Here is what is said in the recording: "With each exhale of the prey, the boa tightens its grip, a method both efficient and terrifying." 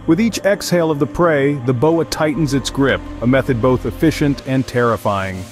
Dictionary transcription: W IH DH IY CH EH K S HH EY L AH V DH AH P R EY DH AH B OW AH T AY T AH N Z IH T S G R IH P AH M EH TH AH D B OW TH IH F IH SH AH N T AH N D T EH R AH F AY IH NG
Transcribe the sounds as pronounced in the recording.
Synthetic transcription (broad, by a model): W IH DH IY CH EH K S HH EY L AH V DH AH P R EY DH AH B OW AH T AY T N Z IH T S G R IH P AH M EH TH AH D B OW TH IH F IH SH AH N T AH N T EH R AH F AY IH NG